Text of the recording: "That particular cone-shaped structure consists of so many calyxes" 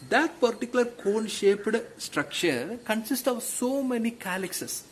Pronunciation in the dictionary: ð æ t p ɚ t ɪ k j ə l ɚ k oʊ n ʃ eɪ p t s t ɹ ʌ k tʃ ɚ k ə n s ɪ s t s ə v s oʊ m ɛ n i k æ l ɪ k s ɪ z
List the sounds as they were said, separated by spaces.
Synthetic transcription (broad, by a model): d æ t p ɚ t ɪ k j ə l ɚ k oʊ n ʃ eɪ p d s t ɹ ʌ k tʃ ɚ k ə n s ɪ s t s ə v s oʊ m ɛ n i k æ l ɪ k s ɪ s